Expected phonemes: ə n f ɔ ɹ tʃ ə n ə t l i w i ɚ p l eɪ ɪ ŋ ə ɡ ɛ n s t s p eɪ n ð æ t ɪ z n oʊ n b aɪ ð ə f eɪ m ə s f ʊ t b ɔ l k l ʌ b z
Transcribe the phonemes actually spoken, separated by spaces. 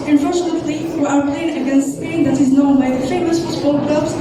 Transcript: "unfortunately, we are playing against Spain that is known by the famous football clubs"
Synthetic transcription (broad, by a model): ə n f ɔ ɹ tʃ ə n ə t l i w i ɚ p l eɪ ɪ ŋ ə ɡ ɛ n s t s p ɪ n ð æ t ɪ z n oʊ n b aɪ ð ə f eɪ m ə s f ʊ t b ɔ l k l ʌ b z